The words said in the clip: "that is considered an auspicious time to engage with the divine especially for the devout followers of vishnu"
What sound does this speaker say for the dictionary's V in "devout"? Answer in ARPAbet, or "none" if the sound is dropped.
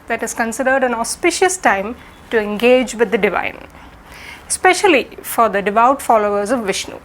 V